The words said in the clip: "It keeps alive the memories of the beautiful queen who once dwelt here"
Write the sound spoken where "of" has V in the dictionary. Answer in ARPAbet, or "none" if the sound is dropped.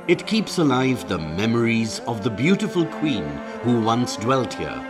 V